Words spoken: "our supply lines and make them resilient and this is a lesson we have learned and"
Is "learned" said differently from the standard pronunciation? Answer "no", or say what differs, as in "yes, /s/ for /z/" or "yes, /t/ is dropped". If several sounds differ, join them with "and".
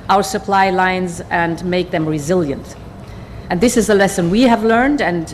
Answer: no